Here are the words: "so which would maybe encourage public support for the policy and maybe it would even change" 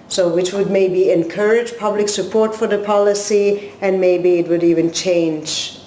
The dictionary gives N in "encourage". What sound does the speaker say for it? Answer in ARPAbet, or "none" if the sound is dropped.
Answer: N